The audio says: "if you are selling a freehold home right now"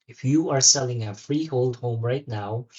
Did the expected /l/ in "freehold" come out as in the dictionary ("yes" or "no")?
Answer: yes